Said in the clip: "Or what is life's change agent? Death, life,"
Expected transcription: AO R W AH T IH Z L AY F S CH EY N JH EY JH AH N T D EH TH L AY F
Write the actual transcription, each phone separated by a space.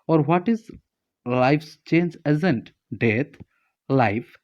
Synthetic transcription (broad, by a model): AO R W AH T IH Z L AY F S CH EY N JH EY Z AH N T D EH T L AY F